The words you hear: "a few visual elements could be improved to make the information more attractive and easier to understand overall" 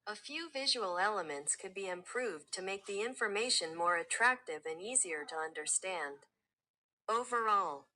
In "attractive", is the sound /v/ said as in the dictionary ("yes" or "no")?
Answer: yes